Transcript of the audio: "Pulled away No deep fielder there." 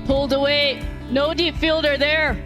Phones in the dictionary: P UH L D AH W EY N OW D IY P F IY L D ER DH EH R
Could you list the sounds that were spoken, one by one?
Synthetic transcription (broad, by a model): P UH L D AH W EY N OW D IY P F IY L D ER DH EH R